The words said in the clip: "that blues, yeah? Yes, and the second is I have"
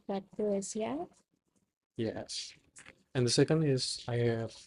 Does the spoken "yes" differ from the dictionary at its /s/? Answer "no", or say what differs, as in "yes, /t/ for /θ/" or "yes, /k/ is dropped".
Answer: no